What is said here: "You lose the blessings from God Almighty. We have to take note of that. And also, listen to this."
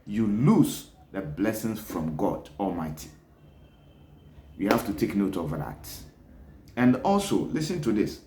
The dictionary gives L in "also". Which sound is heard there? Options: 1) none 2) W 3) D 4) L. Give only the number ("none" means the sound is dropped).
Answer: 4